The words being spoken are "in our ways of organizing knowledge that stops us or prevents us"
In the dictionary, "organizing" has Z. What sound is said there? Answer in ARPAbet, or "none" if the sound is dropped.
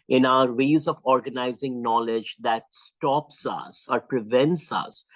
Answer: Z